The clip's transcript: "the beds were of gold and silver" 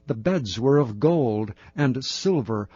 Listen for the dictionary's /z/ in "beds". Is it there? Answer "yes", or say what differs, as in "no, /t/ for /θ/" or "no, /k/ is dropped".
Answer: yes